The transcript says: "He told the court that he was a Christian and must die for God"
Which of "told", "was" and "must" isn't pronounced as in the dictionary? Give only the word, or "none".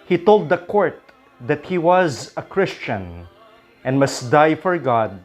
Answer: none